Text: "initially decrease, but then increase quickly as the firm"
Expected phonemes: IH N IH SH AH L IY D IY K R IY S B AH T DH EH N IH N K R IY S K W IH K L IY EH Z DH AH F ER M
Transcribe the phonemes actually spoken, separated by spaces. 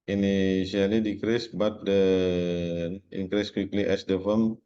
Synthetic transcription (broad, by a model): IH N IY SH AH L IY D IY K R IY S B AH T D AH IH N K R IY S K W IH K L IY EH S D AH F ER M